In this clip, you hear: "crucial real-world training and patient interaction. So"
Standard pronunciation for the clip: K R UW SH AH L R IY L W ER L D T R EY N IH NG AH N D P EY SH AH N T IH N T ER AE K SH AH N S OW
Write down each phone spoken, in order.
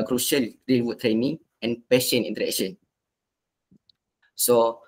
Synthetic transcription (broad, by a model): K R UW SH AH L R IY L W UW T T R EY N IH NG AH N P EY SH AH N IY N T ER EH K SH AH N S OW